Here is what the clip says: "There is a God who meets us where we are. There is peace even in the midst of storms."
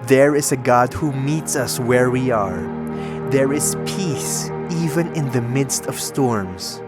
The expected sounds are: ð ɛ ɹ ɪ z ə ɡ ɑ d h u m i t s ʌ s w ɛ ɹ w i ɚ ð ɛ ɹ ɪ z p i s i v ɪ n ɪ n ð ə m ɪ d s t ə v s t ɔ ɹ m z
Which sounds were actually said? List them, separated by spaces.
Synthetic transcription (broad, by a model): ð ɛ ɹ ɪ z ə ɡ ɑ d h u m i t s ʌ s w ɛ ɹ w i ɚ ð ɛ ɹ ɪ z p i s i v ɪ n ɪ n ð ə m ɪ d s t ə v s t ɔ ɹ m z